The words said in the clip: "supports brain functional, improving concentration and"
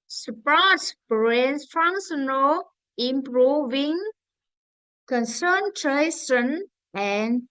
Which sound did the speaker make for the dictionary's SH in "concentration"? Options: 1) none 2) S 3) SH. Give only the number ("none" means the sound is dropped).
2